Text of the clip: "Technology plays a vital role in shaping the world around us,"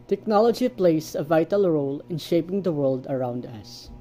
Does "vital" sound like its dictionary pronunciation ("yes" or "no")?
yes